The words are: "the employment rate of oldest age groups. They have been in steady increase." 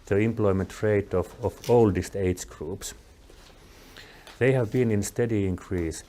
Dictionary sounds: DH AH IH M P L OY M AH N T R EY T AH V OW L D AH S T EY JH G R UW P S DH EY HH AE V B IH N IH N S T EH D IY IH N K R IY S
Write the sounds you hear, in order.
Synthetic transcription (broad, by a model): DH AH IH M P L OY M AH N T R EY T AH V OW L D AH S T EY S G R UW P S DH EY HH AE V B IH N IH N S T EH D IY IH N K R IY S